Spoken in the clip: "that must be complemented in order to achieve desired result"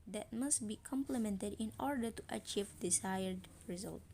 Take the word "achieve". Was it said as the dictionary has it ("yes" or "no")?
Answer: yes